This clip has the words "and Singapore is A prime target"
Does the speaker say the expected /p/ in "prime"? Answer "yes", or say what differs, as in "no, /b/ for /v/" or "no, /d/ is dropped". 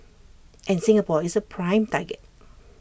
yes